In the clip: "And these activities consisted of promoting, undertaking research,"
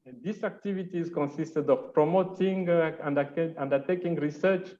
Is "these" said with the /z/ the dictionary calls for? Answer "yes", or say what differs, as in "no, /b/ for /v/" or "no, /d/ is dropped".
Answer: no, /s/ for /z/